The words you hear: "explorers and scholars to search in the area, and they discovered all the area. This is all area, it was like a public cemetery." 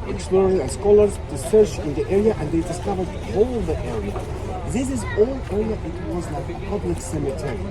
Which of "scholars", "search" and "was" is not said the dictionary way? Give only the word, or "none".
none